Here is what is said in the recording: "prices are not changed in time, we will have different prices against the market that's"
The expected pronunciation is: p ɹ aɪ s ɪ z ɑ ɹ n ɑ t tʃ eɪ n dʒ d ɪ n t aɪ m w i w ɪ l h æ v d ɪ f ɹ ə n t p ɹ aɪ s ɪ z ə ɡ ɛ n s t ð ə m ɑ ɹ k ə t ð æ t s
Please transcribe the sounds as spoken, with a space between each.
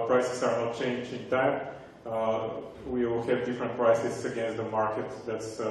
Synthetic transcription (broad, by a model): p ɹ aɪ s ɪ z ɑ ɹ n ɑ t tʃ eɪ n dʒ ɪ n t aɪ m w i w ɪ l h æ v d ɪ f ɹ ə n t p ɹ aɪ s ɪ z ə ɡ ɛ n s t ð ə m ɑ ɹ k ə t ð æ t s